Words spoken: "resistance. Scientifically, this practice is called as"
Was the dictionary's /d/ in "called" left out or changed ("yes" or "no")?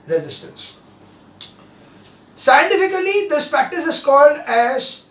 no